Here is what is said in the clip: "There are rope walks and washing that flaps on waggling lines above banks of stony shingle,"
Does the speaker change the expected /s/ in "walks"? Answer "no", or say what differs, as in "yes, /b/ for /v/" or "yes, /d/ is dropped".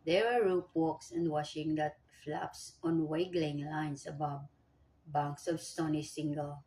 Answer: no